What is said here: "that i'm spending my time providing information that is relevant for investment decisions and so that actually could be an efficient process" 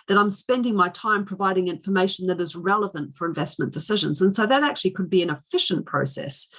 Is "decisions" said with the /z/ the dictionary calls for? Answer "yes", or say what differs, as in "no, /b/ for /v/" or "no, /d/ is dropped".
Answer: yes